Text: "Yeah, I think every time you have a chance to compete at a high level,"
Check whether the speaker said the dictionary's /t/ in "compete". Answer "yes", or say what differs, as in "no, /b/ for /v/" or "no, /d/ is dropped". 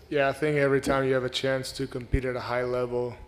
yes